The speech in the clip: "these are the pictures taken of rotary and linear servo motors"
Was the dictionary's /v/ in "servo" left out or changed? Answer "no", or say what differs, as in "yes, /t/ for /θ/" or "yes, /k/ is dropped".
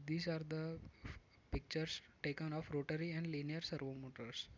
no